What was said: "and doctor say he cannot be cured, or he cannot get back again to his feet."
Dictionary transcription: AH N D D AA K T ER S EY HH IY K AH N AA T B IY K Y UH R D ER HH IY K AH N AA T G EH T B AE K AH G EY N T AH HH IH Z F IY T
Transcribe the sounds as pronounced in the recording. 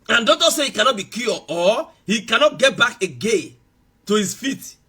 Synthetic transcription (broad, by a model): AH N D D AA T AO S EY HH IY K AH N AA T B IY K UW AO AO HH IY K AH N AA T G EH T B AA K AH G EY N T AH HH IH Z F IY T